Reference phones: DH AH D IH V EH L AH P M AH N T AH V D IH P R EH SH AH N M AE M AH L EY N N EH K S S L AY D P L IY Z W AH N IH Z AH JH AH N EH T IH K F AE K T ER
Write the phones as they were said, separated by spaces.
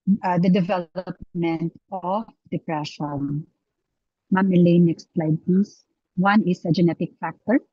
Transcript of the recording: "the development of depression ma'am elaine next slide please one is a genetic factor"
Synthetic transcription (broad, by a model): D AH D IH V EH L AH P M AH N T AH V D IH P R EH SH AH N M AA M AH L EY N N EH K S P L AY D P IY S W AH N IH S AH JH AH N EH T IH K F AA K T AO